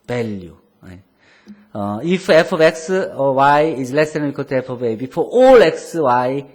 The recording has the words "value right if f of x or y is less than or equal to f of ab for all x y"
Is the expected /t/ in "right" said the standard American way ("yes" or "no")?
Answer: no